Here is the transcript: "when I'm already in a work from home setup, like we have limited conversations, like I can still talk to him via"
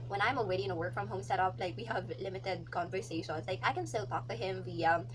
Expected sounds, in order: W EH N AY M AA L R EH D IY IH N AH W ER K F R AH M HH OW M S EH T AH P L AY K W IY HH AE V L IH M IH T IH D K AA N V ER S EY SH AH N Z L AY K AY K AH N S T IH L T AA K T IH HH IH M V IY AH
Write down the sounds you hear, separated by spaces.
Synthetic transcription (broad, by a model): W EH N AY M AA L W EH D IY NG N AH W ER K F R AH M HH OW M S EH T AH P L AY K W IY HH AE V L IH M IH T IH D K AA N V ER S EY SH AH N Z L AY K AY K AH N S T IH L T AA K T IH HH IH M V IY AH